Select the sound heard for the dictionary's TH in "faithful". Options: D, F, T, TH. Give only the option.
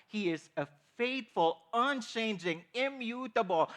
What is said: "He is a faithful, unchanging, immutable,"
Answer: T